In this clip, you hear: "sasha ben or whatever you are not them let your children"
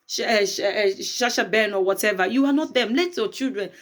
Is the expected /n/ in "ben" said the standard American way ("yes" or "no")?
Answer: yes